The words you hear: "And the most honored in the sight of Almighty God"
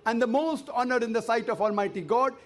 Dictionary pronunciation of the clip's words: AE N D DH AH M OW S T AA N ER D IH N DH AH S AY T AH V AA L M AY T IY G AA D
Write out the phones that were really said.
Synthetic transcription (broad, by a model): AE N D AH M OW S T AA N ER D IH N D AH S AY T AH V AA L M AY T IY G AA D